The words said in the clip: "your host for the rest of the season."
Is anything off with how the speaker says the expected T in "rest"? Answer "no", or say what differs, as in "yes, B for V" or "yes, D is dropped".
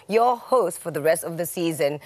no